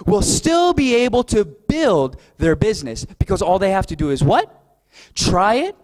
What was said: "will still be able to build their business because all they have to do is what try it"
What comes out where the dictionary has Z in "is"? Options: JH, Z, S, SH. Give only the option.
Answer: Z